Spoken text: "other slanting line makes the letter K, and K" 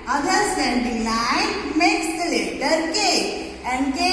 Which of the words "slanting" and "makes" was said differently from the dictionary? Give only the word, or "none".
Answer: slanting